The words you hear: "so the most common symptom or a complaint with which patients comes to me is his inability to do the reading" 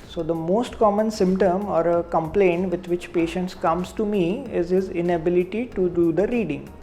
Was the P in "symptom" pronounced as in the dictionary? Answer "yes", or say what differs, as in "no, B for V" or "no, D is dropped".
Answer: yes